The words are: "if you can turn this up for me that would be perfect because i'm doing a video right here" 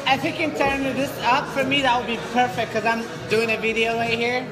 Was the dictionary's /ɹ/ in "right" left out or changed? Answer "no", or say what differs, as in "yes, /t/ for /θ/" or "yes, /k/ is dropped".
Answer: yes, /w/ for /ɹ/